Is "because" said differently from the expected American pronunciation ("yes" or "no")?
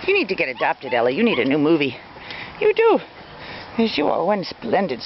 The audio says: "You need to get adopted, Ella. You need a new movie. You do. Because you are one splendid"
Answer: yes